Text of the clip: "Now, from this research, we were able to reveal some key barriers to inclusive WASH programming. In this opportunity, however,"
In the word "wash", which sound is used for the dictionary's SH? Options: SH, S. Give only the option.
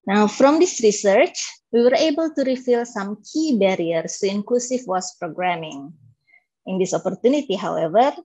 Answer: S